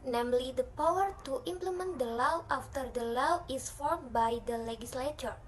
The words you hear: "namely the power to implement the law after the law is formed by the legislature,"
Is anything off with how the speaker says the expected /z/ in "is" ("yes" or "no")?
yes